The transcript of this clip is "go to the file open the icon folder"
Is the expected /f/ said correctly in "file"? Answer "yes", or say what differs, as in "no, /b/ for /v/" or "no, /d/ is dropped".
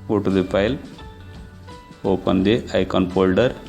no, /p/ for /f/